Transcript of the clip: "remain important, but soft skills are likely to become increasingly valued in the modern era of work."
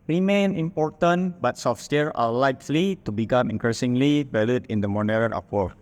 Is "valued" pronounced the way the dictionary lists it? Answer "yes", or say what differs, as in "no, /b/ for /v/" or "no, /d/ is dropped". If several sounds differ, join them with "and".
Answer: no, /b/ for /v/